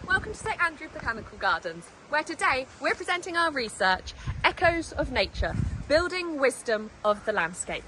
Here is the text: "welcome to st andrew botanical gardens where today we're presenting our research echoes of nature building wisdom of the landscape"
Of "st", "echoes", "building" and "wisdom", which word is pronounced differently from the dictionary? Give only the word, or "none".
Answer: st